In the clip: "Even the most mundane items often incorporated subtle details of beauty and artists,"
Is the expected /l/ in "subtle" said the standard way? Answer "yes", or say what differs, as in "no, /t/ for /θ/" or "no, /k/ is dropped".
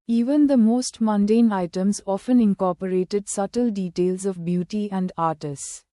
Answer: yes